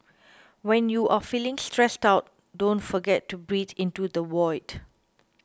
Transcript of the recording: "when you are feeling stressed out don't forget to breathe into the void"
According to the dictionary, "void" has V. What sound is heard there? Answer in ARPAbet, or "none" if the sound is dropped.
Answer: W